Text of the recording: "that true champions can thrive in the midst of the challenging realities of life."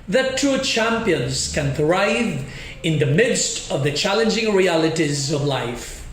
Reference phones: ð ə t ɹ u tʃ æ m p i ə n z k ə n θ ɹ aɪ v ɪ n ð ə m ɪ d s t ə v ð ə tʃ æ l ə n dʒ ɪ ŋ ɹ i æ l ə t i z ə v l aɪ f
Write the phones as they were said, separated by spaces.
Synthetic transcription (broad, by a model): ð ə t u tʃ æ m p i ə n z k ə n θ ɹ aɪ v ɪ n ð ə m ɪ d s t ə v ð ə tʃ æ l ə n dʒ ɪ ŋ ɹ i æ l ə t i z ə v l aɪ f